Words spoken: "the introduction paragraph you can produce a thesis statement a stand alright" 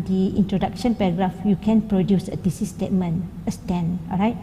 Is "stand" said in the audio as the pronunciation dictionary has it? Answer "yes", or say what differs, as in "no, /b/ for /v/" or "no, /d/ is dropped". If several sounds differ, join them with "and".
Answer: no, /d/ is dropped